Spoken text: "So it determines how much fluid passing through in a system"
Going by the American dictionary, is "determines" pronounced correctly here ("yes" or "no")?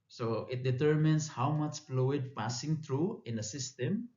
no